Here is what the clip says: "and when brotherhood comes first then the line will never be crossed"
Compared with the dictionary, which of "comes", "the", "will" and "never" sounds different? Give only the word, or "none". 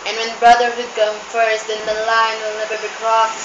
comes